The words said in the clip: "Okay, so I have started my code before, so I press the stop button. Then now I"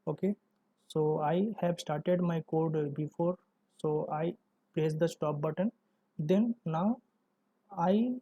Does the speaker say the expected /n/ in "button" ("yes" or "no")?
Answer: yes